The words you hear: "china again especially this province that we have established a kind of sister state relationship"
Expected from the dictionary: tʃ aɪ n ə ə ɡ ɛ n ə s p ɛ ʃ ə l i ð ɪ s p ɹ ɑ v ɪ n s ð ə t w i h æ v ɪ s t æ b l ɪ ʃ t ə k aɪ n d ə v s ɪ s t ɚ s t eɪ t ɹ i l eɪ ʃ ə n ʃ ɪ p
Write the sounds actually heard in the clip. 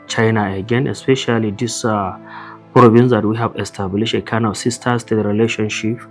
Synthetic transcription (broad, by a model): tʃ aɪ n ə ə ɡ ɛ n ə s p ɛ ʃ ə l i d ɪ s p ɹ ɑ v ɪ n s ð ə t w i h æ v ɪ s t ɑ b l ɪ ʃ ə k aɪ n ə s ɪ s t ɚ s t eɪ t ɹ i l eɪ ʃ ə n ʃ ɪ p